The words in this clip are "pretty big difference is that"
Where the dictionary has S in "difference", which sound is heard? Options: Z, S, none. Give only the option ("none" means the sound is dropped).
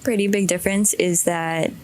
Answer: S